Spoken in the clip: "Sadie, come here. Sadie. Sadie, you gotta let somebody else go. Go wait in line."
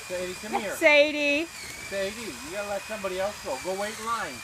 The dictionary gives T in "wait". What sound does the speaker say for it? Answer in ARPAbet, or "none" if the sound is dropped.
none